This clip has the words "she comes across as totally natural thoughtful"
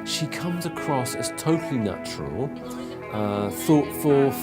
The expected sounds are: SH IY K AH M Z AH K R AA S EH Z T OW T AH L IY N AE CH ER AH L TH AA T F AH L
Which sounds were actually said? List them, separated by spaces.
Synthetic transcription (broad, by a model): SH IY K AH M Z AH K R AA S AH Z T OW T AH L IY N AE CH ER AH L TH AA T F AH